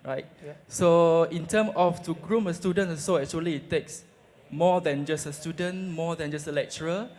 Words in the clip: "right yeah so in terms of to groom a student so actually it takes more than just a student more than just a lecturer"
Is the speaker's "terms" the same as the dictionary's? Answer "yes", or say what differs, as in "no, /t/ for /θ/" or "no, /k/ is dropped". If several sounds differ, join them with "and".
no, /z/ is dropped